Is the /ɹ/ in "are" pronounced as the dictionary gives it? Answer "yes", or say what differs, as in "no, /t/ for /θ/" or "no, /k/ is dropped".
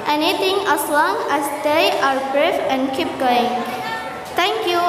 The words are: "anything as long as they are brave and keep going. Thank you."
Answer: yes